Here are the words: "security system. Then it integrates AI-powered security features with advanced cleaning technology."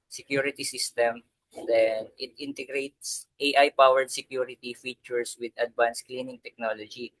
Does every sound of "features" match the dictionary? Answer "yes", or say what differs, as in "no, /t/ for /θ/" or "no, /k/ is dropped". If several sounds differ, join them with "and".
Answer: no, /s/ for /z/